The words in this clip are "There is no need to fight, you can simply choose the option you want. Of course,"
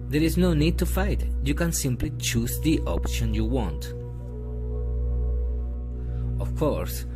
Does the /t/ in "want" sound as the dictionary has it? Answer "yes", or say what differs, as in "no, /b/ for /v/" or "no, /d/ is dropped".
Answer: yes